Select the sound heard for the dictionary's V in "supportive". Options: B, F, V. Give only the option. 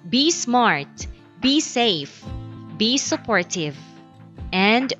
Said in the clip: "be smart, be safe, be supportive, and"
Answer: V